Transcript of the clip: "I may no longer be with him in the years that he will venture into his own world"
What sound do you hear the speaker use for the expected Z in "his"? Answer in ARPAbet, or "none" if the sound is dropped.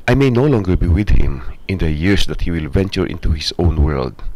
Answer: S